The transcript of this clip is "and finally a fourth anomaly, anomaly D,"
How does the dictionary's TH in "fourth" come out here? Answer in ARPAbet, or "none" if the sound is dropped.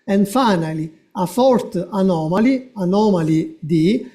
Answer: T